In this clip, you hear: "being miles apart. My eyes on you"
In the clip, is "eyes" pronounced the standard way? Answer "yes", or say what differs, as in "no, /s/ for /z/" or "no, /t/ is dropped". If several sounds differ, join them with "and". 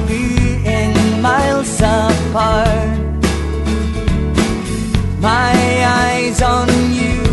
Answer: yes